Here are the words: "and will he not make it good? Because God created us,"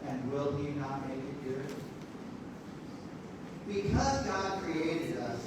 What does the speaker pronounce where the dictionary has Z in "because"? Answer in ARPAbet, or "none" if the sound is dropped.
Z